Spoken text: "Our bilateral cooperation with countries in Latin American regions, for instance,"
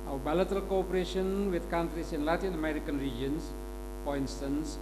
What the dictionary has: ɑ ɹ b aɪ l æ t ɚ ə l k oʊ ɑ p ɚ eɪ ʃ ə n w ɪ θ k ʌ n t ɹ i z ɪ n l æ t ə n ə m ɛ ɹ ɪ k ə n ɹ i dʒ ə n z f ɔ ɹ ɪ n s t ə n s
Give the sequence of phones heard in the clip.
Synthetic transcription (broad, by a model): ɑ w b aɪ l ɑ t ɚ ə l k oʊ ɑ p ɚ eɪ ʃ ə n w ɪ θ k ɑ n t ɹ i s ɪ n l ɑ t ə n ə m ɛ ɹ ɪ k ə n ɹ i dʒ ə n s f ɔ ɹ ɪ n s t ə n s